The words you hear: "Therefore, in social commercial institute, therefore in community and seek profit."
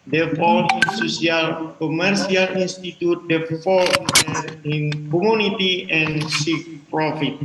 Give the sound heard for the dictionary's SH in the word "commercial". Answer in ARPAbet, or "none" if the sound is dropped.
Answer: S